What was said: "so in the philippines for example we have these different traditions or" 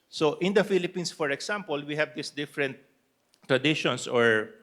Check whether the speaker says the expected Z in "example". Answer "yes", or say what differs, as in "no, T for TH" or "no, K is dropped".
no, S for Z